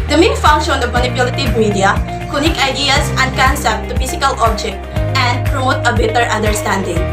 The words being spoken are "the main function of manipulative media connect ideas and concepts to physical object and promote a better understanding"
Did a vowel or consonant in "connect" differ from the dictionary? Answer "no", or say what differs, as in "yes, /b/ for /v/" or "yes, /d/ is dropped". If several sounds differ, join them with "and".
yes, /t/ is dropped